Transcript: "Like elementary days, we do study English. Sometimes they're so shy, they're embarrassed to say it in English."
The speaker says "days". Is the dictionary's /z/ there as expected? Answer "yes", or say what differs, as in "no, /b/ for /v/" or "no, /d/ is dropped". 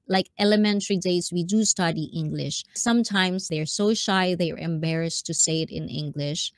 no, /s/ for /z/